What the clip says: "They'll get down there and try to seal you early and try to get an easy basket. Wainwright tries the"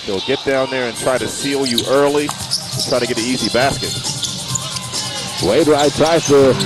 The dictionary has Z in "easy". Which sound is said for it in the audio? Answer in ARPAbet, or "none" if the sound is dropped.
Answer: Z